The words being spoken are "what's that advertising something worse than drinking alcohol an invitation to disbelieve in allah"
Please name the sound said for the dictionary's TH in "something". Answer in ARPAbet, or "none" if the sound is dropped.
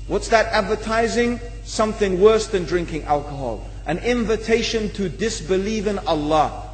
TH